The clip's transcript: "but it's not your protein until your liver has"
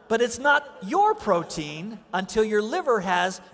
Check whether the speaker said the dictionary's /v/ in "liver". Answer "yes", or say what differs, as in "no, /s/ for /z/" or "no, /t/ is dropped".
yes